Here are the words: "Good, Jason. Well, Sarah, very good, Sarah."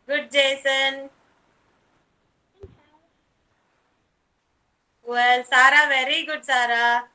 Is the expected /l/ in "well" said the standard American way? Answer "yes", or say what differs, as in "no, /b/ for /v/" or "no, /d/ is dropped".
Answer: yes